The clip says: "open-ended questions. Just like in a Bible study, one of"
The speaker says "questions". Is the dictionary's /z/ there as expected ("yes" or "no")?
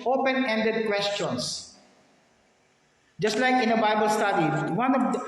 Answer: no